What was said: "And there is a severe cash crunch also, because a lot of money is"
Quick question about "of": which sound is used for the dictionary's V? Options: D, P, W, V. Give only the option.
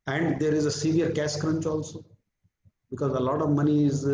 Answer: V